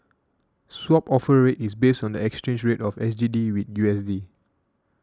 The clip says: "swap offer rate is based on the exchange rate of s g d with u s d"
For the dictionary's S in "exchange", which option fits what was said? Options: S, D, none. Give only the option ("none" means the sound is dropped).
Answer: S